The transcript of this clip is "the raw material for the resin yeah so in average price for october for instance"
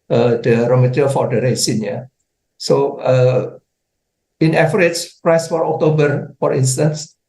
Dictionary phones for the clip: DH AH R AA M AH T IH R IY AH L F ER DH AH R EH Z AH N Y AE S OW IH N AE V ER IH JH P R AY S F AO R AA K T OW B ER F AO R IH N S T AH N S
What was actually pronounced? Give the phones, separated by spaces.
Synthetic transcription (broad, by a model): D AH R AA M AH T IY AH F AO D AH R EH S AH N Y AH S OW IH N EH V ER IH CH P R AY S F AO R AA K T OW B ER F AO R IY N S T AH N S